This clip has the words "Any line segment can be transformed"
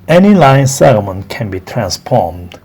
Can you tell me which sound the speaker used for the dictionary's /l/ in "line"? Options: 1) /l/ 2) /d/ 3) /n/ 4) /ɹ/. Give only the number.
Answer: 1